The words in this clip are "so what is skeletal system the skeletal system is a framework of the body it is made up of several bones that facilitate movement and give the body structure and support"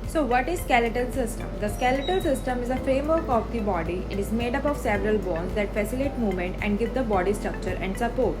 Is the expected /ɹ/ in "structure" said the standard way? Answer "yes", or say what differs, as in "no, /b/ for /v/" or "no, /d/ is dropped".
yes